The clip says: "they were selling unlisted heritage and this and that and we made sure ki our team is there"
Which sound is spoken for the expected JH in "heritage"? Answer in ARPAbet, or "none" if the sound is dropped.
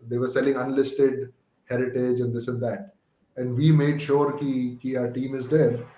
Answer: JH